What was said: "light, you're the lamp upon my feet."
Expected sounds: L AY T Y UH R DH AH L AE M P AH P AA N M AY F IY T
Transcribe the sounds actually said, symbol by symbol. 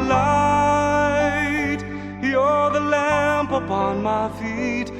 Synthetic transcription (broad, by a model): L AY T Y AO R DH AH L AE M P AH P AA N M AY F IY T